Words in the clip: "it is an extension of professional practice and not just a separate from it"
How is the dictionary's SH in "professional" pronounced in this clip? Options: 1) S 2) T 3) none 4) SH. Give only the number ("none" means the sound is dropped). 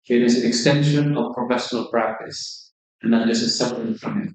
4